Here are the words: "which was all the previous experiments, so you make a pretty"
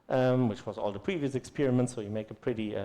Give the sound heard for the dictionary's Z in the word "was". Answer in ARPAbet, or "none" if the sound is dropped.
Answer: Z